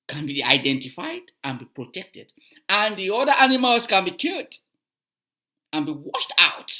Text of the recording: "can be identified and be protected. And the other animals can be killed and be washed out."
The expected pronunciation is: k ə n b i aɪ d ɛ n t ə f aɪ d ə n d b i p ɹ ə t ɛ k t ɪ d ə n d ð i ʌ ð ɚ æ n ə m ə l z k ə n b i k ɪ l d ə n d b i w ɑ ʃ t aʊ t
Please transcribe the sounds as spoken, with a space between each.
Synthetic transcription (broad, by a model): k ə n b i aɪ d ɛ n t ə f aɪ d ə n b i p ɹ ə t ɛ k t ɪ d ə n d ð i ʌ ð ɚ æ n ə m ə l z k ə n b i k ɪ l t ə n b i w ɑ ʃ t aʊ t